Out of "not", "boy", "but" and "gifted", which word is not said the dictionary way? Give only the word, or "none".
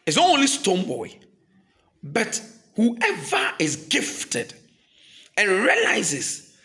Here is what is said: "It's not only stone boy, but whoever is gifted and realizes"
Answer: none